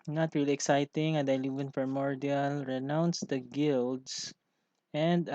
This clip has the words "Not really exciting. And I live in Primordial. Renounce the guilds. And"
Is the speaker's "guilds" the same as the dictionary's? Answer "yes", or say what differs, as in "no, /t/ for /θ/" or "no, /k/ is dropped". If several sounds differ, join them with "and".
no, /s/ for /z/